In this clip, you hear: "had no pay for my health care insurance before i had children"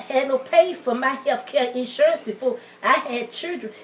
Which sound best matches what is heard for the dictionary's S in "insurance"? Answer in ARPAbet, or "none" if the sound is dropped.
S